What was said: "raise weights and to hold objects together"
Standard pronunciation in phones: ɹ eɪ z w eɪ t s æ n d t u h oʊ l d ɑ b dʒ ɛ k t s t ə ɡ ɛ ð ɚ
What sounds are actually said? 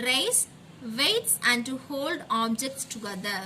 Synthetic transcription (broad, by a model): ɹ eɪ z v eɪ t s æ n d t u h oʊ l d ɑ b dʒ ɛ k t s t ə ɡ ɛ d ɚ